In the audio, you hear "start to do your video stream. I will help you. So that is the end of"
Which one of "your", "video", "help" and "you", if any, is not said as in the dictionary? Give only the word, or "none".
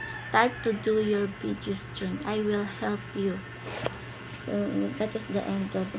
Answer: video